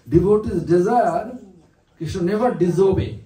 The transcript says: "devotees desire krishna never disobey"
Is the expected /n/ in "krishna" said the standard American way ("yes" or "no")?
no